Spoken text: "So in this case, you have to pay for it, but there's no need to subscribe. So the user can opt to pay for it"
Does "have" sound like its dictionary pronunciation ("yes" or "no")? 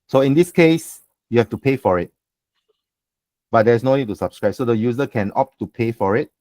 no